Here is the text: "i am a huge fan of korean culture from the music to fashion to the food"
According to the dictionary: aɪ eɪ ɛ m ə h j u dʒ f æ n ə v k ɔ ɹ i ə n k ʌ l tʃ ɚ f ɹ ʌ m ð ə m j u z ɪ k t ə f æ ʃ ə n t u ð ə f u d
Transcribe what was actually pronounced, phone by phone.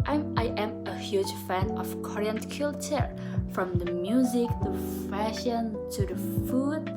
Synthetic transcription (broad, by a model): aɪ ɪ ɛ m ə h j u dʒ f æ n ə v k ɔ ɹ i ə n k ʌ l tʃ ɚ f ɹ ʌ m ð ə m j u z ɪ k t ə f æ ʃ ə n t u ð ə f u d